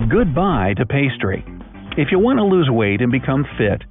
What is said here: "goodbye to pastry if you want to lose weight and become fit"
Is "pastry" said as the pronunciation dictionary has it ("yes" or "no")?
yes